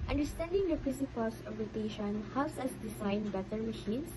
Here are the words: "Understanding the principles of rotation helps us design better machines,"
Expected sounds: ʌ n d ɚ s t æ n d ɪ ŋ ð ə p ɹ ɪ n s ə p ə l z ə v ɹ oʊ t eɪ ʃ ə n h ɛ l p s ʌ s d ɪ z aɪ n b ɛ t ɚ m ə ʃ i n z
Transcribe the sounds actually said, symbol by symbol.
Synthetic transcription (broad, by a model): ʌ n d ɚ s t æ n d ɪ ŋ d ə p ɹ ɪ s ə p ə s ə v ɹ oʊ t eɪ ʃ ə n h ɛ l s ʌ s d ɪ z aɪ n b ɛ t ɚ m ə ʃ i n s